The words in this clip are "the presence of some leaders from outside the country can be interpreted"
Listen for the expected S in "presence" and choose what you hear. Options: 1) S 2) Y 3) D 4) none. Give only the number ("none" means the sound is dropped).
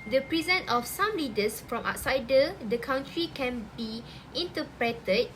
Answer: 4